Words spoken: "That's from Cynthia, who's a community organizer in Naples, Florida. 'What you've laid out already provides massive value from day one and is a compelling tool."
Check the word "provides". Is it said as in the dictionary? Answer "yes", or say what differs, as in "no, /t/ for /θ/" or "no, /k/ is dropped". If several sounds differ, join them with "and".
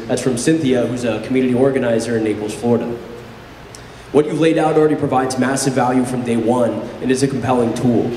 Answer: yes